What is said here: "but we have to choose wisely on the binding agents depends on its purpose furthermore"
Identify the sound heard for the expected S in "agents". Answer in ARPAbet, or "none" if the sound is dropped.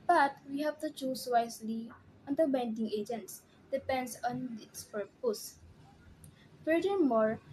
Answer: S